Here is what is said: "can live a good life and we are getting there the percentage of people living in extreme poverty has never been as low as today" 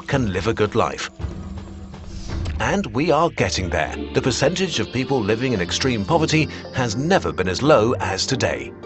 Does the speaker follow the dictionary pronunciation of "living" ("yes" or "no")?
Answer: yes